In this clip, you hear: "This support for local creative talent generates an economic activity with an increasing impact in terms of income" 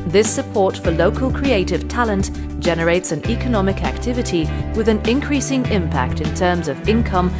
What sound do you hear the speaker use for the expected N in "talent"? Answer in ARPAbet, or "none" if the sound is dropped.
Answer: N